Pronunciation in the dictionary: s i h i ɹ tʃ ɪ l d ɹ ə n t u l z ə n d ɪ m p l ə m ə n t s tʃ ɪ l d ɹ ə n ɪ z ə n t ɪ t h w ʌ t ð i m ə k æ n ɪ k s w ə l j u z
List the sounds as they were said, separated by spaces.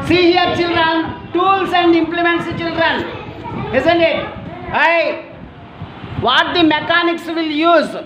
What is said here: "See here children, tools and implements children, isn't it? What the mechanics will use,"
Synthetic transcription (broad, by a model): s i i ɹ tʃ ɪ l d ɹ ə n t u l s ə n d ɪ m p l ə m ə n t s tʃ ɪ l d ɹ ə n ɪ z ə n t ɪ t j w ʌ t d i m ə k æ n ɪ k s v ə l j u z